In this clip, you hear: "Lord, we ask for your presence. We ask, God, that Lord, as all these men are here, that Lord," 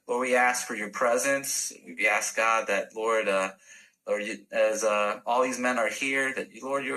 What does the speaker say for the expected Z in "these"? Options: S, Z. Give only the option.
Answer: Z